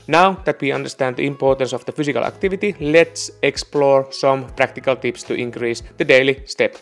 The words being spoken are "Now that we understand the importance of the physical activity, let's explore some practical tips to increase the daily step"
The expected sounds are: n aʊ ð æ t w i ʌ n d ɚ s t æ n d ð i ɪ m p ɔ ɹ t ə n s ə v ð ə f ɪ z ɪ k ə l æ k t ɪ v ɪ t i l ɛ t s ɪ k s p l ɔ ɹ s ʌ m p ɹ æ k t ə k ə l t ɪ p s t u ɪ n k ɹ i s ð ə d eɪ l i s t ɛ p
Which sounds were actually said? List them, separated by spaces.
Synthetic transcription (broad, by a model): n aʊ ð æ t w i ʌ n d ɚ s t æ n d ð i ɪ m p ɔ ɹ t ə n s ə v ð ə f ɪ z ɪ k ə l æ k t ɪ v ɪ t i l ɛ t s ɪ k s p l ɔ ɹ s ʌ m p ɹ æ k t ə k ə l t ɪ p s t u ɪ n k ɹ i s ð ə d eɪ l i s t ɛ p